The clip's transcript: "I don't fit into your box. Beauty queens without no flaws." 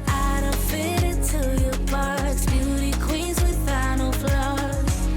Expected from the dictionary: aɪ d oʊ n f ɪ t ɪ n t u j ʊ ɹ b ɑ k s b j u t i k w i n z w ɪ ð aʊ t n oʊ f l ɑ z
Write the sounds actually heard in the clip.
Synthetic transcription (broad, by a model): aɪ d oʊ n f ɪ t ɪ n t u j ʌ ɹ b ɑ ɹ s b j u t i k w i n z w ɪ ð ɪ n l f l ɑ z